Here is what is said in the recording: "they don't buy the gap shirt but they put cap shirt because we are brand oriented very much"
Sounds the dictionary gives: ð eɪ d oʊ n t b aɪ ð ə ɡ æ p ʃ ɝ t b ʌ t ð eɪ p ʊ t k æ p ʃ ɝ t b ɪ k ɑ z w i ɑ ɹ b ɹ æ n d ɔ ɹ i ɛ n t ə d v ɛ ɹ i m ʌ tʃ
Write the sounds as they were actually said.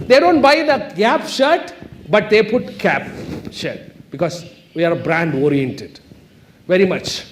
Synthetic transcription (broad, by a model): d eɪ d oʊ n t b aɪ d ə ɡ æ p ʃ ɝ t b ʌ t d eɪ p ʊ t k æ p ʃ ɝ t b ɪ k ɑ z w i ɑ ɹ b ɹ æ n d ɔ ɹ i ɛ n t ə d v ɛ ɹ i m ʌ tʃ